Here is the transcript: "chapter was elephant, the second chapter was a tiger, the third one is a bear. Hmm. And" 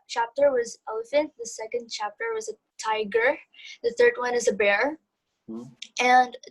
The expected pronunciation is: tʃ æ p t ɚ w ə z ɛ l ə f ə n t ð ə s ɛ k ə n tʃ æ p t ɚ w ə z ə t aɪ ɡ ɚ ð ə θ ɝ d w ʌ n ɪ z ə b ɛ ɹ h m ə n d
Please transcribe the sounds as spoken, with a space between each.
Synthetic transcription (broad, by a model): tʃ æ p t ɚ w ə z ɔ ə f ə n ð ə s ɛ k ə n tʃ æ p t ɚ w ə z ə t aɪ ɡ ɚ ð ə θ ɝ d w ʌ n ɪ z ə b ɛ ɹ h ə n